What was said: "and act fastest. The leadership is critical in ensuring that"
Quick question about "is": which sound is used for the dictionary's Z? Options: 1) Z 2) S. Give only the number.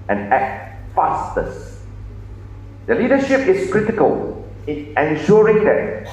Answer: 2